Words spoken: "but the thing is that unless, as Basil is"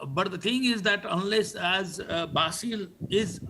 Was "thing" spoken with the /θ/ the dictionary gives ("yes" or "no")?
no